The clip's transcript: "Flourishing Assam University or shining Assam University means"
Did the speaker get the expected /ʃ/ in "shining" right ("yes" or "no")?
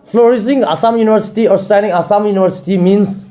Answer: no